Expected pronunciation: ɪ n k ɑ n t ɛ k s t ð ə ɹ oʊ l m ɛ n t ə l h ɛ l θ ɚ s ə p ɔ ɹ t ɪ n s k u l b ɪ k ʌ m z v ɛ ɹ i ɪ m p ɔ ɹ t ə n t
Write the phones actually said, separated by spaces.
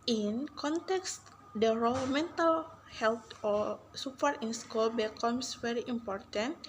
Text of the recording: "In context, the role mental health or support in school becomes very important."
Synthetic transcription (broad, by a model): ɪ n k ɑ n t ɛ k s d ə ɹ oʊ l m ɛ n t ə l h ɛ l t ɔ s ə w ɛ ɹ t ɪ n s k u l b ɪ k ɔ m s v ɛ ɹ i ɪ m p ɔ ɹ t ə n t